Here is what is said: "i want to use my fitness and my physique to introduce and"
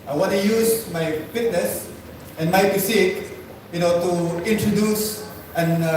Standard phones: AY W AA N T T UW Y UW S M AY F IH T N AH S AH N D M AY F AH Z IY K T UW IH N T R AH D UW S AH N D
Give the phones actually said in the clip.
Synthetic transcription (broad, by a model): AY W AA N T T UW Y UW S M AY F IH T N AH S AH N M AY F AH S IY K T UW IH N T R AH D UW S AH N